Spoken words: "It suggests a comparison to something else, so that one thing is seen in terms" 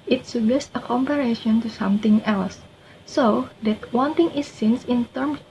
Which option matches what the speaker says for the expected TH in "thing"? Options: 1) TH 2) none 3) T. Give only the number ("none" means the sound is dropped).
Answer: 3